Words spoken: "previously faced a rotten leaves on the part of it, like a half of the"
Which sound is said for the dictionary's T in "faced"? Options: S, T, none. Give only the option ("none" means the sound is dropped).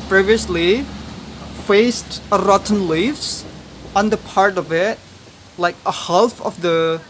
T